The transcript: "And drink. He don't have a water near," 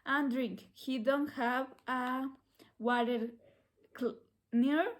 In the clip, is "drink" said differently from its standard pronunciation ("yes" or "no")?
no